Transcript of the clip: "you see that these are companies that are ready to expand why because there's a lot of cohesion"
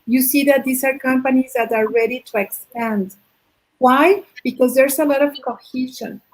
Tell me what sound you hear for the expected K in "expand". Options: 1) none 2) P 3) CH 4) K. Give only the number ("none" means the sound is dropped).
4